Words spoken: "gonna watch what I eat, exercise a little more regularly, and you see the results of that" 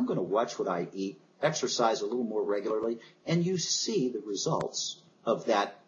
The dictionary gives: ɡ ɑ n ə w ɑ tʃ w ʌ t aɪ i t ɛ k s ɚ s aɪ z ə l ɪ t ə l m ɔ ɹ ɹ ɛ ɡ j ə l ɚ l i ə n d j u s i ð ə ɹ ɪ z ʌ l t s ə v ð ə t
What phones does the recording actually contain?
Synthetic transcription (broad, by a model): ɡ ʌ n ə w ɑ tʃ w ʌ t aɪ i t ɛ k s ɚ s aɪ z ə l ɪ t l m ɔ ɹ ɹ ɛ ɡ j l ɚ l i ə n j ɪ s i ð ə ɹ ɪ z ʌ l t s ə v ð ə t